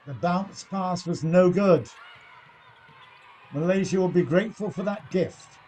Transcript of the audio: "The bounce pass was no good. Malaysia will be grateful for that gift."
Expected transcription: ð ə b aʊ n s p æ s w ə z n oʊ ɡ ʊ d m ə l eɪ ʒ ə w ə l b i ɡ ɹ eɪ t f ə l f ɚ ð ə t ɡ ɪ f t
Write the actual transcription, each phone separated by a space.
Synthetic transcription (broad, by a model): ð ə b aʊ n s p æ s w ə z n oʊ ɡ ʊ d m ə l eɪ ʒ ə w ə l b i ɡ ɹ eɪ t f ə l f ɚ ð ə t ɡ ɪ f t